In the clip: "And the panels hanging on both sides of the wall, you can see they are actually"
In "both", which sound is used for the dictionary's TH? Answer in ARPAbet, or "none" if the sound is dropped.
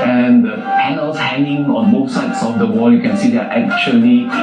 S